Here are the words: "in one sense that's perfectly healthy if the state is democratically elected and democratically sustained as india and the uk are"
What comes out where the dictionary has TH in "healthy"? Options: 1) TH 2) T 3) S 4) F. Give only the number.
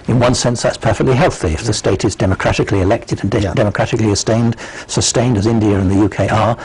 1